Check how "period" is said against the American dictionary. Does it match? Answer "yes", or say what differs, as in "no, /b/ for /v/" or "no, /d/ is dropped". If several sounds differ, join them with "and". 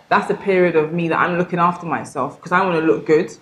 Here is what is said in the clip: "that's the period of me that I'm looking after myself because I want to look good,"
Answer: yes